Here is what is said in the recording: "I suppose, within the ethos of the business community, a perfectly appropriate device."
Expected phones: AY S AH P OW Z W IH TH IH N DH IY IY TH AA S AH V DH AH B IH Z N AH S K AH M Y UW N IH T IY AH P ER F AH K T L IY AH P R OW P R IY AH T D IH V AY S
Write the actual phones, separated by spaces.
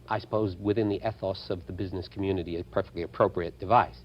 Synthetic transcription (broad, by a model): AY S AH P OW Z W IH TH IH N DH IY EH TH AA S AH V DH AH B IH Z N AH S K M Y UW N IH T IY AH P ER F AH K T L IY AH P R OW P R IY AH T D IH V AY S